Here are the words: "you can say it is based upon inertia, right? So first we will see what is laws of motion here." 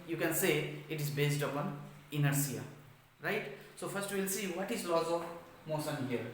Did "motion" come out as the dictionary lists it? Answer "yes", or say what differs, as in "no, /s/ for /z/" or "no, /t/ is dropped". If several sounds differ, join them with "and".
no, /s/ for /ʃ/